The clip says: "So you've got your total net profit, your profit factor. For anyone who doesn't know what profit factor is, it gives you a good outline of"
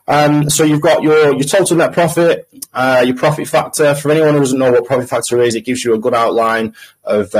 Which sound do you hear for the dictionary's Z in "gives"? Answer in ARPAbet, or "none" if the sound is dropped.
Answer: Z